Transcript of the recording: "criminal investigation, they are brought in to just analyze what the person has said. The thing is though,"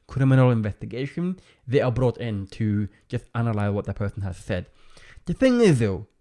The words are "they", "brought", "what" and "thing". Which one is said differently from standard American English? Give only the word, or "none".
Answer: none